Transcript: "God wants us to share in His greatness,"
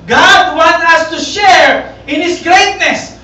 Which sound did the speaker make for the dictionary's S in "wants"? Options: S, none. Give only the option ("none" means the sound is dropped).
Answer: none